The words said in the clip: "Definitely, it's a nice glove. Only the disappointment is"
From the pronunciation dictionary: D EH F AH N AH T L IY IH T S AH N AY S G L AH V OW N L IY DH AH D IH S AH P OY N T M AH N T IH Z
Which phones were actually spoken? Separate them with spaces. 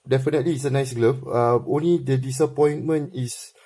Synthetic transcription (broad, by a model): D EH F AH N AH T L IY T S AH N AY S G L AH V OW N L IY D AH D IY S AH P OY N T M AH N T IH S